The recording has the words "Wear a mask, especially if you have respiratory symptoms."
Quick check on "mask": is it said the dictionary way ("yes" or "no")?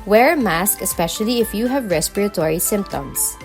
yes